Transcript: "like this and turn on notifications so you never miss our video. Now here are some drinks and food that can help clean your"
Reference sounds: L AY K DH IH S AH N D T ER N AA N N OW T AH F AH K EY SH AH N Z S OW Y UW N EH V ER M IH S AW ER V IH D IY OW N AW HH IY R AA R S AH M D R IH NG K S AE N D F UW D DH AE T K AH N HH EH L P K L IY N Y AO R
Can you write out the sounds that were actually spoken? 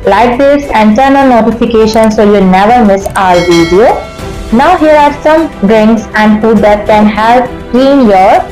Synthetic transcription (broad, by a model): L AY K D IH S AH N T ER N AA L N OW T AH F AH K EY SH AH N S OW Y UW N EH V ER M IH S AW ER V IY D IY OW N AW HH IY R AA R S AH M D R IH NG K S AE N D F UW D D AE T K AH N HH EH L P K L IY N Y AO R